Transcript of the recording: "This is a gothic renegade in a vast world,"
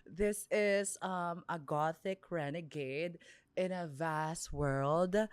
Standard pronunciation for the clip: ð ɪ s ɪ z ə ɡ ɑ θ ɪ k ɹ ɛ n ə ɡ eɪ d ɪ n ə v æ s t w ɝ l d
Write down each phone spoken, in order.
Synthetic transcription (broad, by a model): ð ɪ s ɪ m ə ɡ ɑ θ ɪ k ɹ ɛ n ə ɡ eɪ d ɪ n ə v æ s t w ɝ l d